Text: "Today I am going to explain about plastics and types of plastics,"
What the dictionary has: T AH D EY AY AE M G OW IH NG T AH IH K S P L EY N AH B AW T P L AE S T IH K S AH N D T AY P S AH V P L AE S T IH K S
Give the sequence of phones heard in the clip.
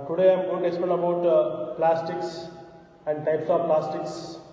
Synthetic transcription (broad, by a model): T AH D EY AY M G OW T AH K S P EY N AH B AW T P L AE S T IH K S AH N D T AY P S AH V P L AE S T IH K S